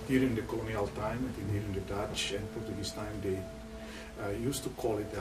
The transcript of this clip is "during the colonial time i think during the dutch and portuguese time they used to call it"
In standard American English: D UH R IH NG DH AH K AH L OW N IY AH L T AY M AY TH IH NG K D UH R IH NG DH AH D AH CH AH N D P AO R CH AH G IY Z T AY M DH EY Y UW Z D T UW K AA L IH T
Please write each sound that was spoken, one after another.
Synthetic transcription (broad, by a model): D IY R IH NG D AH K AH L OW N IY AH L T AY M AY T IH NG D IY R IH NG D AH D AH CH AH N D P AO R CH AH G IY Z T AY M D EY Y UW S T UW K AA L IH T